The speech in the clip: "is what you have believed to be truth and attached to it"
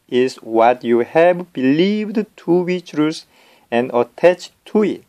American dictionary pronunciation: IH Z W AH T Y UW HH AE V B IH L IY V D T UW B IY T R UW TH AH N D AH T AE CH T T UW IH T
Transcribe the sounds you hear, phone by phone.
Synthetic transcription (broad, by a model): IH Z W AH T Y UW HH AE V B IH L IY V D T UW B IY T R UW S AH N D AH T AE CH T T UW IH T